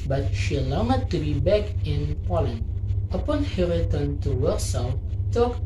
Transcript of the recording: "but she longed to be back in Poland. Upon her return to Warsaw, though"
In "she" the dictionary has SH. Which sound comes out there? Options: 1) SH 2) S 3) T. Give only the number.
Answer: 1